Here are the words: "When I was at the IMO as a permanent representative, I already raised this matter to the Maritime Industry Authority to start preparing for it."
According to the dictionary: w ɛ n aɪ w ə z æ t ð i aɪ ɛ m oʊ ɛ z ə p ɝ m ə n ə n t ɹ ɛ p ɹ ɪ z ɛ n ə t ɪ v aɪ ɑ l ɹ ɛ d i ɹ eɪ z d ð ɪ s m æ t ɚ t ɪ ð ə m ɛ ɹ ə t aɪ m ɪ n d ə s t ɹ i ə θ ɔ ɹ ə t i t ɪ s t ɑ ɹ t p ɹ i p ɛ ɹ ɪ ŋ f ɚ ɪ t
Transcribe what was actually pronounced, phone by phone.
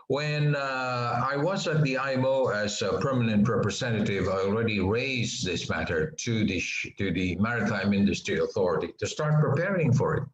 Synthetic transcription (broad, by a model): w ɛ n aɪ w ə z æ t ð i aɪ ɛ m oʊ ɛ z ə p ɝ m ə n ə n t ɹ ɛ p ɹ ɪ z ɛ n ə t ɪ v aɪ ɑ l ɹ ɛ d i ɹ eɪ z ð ɪ s m æ t ɚ t ɪ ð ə m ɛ ɹ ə t aɪ m ɪ n d ə s t ɹ i ə θ ɔ ɹ ə t i t ɪ s t ɑ ɹ t p ɹ i p ɛ ɹ ɪ ŋ f ɚ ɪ t